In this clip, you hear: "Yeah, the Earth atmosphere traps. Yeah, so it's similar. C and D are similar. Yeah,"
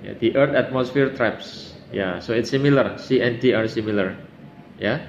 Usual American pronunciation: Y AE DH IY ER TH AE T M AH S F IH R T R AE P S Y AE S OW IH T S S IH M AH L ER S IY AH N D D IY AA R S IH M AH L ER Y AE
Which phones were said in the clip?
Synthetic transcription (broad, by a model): Y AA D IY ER T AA T M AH S F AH R T R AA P S Y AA S OW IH T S S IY M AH L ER S IY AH N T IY AA R S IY M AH L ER Y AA